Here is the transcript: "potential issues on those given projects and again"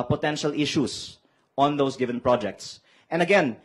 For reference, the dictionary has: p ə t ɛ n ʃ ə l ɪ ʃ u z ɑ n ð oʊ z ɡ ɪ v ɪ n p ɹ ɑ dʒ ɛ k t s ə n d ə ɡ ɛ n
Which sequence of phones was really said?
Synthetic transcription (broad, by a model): p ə t ɛ n ʃ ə l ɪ ʃ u s ɑ n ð oʊ s ɡ ɪ v ɪ n p ɹ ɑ dʒ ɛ k t s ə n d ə ɡ ɛ n